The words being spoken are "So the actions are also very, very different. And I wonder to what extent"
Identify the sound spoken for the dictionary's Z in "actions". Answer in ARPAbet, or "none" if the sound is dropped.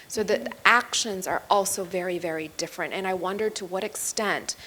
Z